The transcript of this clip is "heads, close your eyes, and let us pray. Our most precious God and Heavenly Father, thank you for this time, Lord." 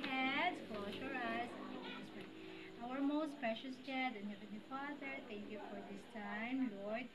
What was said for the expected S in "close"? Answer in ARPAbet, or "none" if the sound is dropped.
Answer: SH